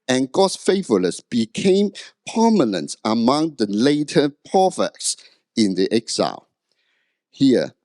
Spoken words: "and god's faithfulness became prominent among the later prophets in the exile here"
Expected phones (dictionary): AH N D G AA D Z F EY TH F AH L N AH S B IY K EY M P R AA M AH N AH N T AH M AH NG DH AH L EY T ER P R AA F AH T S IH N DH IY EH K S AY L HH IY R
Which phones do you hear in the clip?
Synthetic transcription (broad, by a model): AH N G AA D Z F EY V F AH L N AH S B IY K EY M P AA M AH N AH N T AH M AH NG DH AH L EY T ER P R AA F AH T S IH N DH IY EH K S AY L HH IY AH